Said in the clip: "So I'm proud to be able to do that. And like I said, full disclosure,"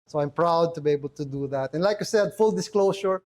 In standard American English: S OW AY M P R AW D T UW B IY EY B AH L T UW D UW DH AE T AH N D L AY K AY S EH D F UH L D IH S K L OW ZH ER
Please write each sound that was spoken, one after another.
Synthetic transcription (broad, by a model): S OW AY M P R AW D T UW B IY EY B AH L T UW D UW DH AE T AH N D L AY K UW S EH D F UH L D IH S K L OW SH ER